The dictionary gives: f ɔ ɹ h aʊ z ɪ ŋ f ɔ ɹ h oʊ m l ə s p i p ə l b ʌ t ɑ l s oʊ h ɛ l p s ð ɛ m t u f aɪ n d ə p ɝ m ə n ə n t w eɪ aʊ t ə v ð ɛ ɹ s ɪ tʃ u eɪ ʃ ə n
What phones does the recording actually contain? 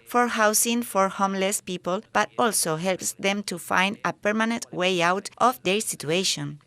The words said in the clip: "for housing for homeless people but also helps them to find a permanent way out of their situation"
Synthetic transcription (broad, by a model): f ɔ ɹ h aʊ s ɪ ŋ f ɔ ɹ h oʊ m l ə s p i p ə l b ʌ t ɑ l s oʊ h ɛ l p s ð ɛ m t u f aɪ n d ə p ɝ m ə n ə n t w eɪ aʊ t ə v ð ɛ ɹ s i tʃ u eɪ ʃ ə n